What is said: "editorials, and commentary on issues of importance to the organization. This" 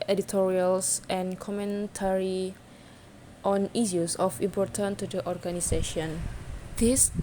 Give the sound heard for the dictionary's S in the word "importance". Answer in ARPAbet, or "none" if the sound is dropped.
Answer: none